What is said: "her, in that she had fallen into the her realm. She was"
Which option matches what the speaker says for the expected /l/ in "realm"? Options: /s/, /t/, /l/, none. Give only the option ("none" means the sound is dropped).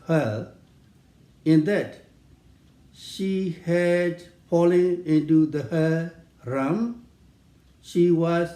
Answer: none